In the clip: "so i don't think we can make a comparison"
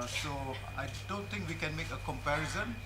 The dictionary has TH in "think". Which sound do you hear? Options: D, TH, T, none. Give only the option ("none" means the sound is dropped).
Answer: T